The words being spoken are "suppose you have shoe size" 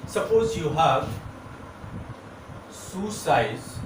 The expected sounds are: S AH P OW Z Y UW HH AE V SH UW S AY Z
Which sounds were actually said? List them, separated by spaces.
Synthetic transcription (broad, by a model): S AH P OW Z Y UW HH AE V S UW S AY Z